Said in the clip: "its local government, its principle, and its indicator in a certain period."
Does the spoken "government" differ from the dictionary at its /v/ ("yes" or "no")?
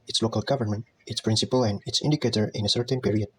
no